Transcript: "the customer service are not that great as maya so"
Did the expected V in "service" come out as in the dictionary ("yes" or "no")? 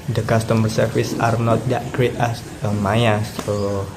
no